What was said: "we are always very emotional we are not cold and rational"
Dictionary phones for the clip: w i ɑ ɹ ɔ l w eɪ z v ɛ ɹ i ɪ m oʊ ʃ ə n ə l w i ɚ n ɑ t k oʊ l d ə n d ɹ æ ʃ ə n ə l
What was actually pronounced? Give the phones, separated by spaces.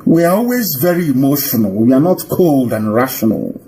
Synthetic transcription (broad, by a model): w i ɑ ɹ ɔ l w eɪ z v ɛ ɹ i ɪ m oʊ ʃ ə n ə l w i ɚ n ɑ t k oʊ l d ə n ɹ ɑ ʃ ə n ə l